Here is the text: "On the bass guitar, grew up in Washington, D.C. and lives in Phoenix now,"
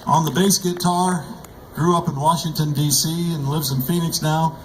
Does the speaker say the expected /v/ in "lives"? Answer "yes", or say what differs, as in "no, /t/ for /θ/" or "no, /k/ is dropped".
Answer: yes